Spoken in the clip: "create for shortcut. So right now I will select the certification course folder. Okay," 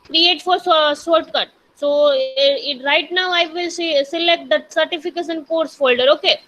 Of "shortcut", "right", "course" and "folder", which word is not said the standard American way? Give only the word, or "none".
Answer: shortcut